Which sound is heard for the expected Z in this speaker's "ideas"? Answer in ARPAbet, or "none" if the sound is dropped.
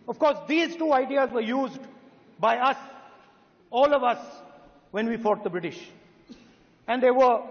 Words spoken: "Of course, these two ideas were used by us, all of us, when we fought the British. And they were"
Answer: Z